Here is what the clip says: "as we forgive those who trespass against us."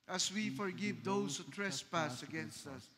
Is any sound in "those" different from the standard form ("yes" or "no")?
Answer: yes